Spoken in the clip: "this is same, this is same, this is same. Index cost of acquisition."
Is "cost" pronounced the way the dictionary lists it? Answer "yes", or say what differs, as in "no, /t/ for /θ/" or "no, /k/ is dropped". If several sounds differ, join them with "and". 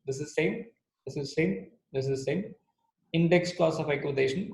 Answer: no, /t/ is dropped